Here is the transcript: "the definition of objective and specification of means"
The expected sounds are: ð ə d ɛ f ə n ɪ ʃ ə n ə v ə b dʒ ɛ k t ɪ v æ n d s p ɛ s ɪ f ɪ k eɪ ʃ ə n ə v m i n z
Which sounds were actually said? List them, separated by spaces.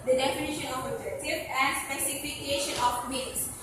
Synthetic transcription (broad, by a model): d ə d ɛ f ə n ɪ ʃ ə n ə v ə dʒ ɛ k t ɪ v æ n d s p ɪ s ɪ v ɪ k eɪ ʃ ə n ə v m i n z